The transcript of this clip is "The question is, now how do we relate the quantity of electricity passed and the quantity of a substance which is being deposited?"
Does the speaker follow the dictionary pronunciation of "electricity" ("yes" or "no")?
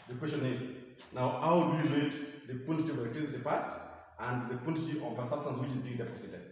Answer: no